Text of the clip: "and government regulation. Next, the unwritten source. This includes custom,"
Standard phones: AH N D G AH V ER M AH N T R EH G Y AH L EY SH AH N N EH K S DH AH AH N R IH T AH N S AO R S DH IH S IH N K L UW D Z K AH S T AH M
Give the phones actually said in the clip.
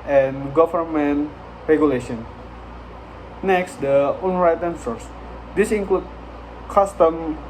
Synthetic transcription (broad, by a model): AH N G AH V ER M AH N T R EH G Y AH L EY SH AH N N EH K S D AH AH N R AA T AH N S AO R S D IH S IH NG K L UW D K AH S T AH M